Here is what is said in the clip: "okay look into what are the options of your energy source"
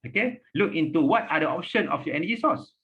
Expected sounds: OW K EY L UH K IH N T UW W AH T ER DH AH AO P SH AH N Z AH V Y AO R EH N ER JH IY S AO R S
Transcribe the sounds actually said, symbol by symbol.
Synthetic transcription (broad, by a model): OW K EY L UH K IH N T UW W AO T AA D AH AO P SH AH N AH F Y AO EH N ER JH IY S AO S